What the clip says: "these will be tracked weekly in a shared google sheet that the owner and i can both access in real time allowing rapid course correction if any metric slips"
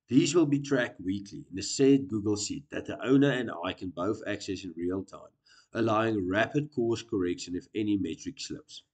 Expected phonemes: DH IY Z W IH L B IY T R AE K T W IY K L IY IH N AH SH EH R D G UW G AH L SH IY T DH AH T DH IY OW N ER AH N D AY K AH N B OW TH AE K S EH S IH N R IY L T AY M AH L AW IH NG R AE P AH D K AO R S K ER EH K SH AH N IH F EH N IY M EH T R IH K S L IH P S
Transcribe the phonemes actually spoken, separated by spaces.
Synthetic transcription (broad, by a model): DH IY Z W IH L B IY T R AE K T W IY K L IY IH N AH S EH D G UW G AH L S IY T DH AH T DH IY OW N ER AH N D AY K AH N B OW TH AE K S EH S IH N R IY L T AY M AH L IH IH NG R AE P AH D K AO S K ER EH K SH AH N IH F EH N IY M EH T R IH K S L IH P S